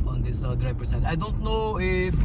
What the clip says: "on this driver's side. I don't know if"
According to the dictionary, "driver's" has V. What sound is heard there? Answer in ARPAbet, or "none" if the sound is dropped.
P